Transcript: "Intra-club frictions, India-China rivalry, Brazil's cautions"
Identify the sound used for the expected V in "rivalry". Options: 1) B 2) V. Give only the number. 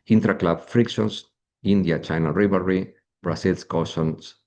1